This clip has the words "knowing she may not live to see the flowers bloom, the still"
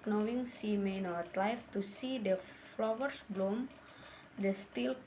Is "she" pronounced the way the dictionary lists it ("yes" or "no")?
no